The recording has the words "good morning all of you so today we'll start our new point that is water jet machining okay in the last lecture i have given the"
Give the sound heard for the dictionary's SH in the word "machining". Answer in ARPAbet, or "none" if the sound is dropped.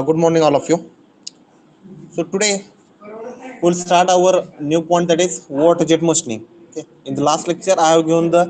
S